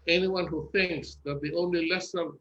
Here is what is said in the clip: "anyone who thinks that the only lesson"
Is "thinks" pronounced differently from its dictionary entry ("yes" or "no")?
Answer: no